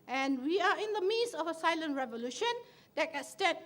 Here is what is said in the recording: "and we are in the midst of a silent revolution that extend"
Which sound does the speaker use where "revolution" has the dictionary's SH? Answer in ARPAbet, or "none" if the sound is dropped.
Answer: SH